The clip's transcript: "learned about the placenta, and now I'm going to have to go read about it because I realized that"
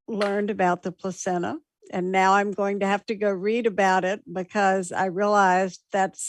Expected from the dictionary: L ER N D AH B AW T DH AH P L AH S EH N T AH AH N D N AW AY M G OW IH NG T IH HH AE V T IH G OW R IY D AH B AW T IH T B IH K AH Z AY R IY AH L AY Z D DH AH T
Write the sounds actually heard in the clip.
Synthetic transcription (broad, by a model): L ER N D AH B AW T DH AH P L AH S EH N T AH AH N N AW AY M G OW IH NG T IH HH AE F T IH G OW R IY D AH B AW T IH T B IH K AH Z AY R IY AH L AY Z DH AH T